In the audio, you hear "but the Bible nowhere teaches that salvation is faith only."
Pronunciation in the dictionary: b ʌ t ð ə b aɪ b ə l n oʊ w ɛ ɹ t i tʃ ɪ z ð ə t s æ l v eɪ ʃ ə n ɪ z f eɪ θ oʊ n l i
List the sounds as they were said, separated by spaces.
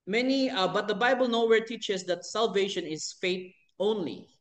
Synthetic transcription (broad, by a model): b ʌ t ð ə b aɪ b ə l n oʊ w ɛ ɹ t i tʃ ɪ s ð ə t s æ l v eɪ ʃ ə n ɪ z f eɪ t oʊ n l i